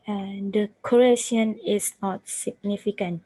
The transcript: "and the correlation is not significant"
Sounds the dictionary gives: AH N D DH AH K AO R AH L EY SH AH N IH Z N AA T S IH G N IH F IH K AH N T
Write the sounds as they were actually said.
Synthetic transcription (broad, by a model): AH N D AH K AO R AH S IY AH N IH S N AA T S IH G N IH F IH K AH N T